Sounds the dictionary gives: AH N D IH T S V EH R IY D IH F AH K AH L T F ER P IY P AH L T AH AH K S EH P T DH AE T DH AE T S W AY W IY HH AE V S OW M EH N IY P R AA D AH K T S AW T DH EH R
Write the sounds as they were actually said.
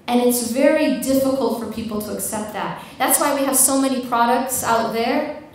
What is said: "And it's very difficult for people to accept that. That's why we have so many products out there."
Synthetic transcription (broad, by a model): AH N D IH T S V EH R IY D IH F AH K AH L T F ER P IY P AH L T AH AH K S EH P T DH AE T DH AE T S W AY W IY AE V S OW M EH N IY P R AA D AH K T S AW T DH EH R